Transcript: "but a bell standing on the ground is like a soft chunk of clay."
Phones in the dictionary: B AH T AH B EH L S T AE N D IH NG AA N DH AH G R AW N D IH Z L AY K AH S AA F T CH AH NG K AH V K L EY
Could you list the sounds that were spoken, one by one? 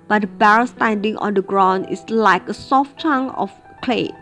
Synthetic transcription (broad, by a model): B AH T AH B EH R S T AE N D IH NG AA N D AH G R AW N D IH S L AY K AH S AA F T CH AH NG AH F K L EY